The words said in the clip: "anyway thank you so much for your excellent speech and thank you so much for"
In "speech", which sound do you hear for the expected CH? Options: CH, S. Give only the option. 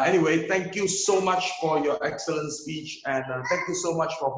CH